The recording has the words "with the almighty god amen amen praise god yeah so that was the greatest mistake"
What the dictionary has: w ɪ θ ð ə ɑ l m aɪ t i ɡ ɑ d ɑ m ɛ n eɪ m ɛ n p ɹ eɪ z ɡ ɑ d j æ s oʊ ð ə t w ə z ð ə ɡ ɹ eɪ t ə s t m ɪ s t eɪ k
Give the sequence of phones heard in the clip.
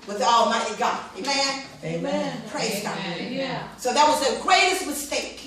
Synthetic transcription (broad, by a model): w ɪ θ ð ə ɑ m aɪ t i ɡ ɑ ɑ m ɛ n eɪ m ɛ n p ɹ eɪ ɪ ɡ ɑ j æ s oʊ ð ə t w ə z ð ə ɡ ɹ eɪ t ə s t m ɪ s t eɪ k